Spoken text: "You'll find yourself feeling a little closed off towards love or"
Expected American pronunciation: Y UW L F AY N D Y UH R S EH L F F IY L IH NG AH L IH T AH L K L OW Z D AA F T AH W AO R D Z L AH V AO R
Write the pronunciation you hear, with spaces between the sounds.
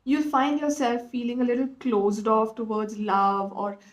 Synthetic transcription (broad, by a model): Y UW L F AY N D Y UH R S EH L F F IY L IH NG AH L IH T AH L K L OW Z D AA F T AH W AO R D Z L AH V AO R